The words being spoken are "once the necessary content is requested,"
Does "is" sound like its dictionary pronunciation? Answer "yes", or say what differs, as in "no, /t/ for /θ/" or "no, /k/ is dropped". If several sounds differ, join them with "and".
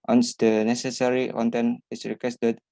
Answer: no, /s/ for /z/